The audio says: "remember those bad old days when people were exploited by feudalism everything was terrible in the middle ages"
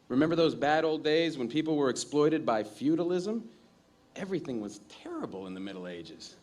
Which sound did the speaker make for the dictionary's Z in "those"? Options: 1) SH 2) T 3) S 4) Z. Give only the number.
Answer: 4